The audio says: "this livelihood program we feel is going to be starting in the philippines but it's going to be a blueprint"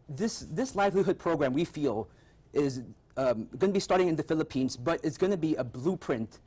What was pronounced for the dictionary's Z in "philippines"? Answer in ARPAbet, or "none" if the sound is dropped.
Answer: Z